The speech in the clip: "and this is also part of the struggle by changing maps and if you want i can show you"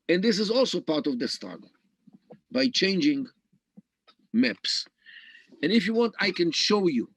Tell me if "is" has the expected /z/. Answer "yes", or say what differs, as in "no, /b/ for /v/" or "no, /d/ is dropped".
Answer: yes